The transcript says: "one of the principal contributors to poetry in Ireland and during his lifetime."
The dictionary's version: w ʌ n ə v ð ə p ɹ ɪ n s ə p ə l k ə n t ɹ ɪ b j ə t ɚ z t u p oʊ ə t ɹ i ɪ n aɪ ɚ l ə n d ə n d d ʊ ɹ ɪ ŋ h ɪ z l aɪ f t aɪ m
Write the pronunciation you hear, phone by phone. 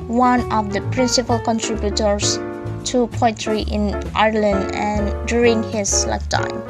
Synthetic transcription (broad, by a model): w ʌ n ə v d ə p ɹ ɪ n s ə p ə l k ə n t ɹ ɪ b j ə t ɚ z t u p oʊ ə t ɹ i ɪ n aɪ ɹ l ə n d ə n d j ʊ ɹ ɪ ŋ h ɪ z l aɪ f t aɪ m